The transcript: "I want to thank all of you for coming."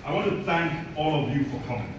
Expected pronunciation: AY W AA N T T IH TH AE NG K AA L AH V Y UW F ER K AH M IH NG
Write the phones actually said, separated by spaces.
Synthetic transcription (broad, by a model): AY W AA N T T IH TH AE NG K AA L AH V Y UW F ER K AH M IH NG